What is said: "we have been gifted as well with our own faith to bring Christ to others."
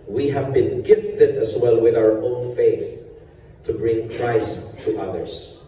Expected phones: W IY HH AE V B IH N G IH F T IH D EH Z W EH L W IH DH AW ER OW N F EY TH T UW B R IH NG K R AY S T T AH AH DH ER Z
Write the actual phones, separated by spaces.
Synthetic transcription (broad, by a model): W IY HH AE V B IH N G IH F T IH D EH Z W EH L W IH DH AW ER OW N F EY TH T UW B R IH NG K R AY S T T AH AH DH ER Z